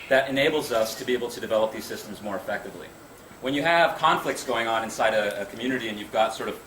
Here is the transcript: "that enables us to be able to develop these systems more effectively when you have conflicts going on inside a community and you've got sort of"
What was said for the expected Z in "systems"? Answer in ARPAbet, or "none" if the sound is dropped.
Z